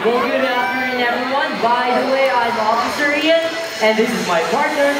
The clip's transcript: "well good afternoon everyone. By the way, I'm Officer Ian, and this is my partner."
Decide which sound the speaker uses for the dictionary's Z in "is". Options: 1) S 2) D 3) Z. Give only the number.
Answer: 3